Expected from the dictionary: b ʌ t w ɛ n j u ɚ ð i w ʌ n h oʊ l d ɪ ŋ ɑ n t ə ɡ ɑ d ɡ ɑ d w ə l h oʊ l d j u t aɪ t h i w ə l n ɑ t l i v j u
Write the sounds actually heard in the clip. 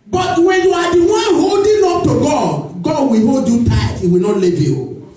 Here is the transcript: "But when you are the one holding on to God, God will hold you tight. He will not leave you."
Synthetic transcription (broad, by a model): b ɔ t w ɛ n j u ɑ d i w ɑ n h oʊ d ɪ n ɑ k t ə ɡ ɑ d ɡ ɑ d w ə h oʊ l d j u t aɪ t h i w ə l n ɑ t l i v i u